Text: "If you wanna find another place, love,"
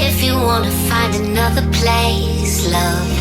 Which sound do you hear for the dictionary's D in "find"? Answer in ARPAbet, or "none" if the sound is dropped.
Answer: D